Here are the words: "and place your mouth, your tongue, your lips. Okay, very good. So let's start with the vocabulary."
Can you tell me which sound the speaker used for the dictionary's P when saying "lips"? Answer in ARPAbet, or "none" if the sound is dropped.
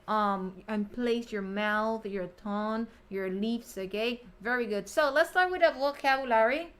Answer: F